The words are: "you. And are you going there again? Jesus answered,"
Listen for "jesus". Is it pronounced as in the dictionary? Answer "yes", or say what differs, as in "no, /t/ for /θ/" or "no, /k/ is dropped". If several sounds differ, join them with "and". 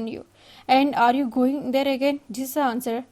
no, /s/ is dropped